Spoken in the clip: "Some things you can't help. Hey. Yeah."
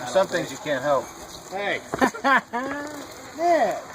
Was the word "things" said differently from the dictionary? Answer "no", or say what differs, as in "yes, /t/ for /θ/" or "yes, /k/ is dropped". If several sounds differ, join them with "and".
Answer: no